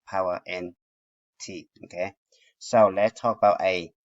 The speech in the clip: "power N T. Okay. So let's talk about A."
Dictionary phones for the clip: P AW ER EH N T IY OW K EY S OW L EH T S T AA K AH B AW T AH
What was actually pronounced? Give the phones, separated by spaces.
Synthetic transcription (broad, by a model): P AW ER EH N T IY OW K EY S OW L EH T S T AA K AH B AW T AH